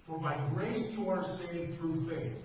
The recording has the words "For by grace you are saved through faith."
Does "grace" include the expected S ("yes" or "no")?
yes